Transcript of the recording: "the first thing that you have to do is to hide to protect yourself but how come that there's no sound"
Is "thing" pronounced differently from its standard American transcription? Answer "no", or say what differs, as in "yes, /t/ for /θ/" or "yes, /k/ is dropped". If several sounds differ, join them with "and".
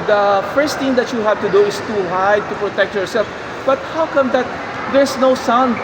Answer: yes, /t/ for /θ/